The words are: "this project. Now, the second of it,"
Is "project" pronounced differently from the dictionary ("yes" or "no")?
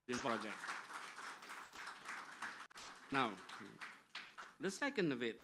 yes